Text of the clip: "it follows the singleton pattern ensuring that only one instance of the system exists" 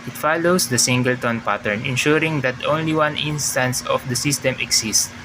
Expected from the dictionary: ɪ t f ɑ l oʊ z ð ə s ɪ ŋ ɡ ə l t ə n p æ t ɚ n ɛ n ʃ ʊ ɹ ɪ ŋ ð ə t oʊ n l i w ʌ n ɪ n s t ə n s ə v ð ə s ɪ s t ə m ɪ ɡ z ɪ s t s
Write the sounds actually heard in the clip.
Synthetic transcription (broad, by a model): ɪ t f ɑ l oʊ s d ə s ɪ ŋ ɡ ə l t ə n p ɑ t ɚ n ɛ n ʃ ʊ ɹ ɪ ŋ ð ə t oʊ n l i w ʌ n ɪ n s t ə n s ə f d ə s ɪ s t ə m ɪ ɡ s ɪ s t